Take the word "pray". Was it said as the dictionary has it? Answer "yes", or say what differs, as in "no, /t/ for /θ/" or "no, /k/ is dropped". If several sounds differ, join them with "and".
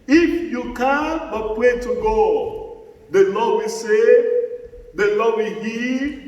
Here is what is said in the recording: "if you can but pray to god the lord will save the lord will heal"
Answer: no, /w/ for /ɹ/